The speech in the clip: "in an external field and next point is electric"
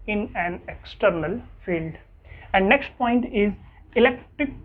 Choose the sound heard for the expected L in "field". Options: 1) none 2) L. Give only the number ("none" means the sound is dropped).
2